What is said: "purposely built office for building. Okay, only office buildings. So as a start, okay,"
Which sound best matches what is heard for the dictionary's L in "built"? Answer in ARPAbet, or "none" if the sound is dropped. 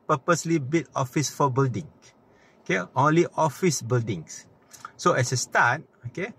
none